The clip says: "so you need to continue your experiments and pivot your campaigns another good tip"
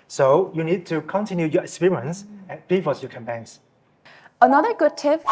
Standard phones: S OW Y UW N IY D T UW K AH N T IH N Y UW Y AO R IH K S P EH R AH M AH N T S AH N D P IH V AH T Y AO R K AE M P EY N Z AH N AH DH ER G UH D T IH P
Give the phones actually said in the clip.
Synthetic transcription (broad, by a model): S OW Y UW N IY D T UW K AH N T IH N Y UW Y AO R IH K S P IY R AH AH N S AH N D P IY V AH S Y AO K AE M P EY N S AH N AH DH ER G UH D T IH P